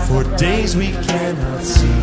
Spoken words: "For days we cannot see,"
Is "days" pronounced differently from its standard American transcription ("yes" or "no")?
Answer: no